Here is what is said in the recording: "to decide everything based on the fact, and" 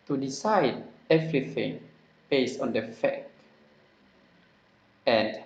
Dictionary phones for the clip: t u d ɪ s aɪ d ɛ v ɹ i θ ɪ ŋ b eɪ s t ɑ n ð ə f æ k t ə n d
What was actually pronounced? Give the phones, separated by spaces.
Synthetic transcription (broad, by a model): t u d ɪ s aɪ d ɛ v ɹ i θ ɪ ŋ b eɪ s t ɑ n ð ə f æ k ə n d